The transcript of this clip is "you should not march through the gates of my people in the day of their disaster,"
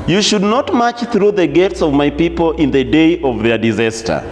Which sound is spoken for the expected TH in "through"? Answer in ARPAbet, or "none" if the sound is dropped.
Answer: TH